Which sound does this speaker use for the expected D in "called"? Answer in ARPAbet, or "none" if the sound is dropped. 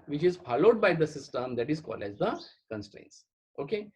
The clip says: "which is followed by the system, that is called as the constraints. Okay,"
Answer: none